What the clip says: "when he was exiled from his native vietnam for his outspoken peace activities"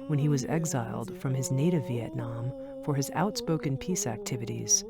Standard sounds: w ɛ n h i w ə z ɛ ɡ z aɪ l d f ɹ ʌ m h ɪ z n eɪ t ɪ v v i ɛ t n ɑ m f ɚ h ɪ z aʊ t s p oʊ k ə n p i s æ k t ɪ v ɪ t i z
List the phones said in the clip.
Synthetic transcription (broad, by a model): w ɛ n i w ə z ɛ ɡ z aɪ l d f ɹ ʌ m ɪ z n eɪ t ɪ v v i ɛ t n ɑ m f ɚ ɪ z aʊ t s p oʊ k ə n p i s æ k t ɪ v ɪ t i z